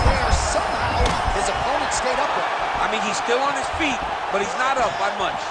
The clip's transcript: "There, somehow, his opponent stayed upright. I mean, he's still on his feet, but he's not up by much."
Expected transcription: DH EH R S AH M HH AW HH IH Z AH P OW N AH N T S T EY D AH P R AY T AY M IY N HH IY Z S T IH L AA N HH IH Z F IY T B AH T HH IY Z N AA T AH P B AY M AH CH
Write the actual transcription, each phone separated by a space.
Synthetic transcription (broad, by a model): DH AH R S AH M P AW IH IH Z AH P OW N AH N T S T EY D AH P W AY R AY M IY N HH IY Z S T IH L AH N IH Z F IY T B AH T HH IY Z N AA T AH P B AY M AH CH